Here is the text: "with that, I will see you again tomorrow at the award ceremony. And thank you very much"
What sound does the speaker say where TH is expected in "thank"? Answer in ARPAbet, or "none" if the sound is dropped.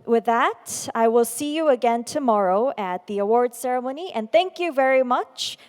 TH